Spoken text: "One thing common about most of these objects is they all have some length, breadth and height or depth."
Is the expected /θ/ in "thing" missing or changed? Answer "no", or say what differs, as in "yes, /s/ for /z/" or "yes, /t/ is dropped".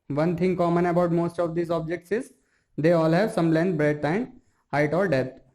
yes, /t/ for /θ/